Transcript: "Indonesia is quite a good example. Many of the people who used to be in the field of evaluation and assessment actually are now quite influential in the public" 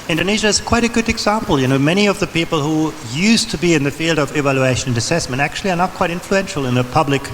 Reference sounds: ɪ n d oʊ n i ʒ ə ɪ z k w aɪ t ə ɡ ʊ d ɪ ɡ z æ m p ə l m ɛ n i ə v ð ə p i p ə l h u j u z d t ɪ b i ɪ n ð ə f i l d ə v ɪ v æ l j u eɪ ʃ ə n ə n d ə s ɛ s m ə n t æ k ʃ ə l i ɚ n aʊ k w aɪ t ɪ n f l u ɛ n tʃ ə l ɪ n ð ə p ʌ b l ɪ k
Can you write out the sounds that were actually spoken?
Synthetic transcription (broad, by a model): ɪ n d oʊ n i ʒ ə ɪ z k w aɪ t ə ɡ ʊ d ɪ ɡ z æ m p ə n m ɛ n i ə v ð ə p i p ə l h u j u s t ɪ b i ɪ n ð ə f i l d ə v ɪ v æ l j u eɪ ʃ ə n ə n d ə s ɛ s m ə n t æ k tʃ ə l i ɚ n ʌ k w aɪ t ɪ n f l u ɛ n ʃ l ɪ n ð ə p ʌ b l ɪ k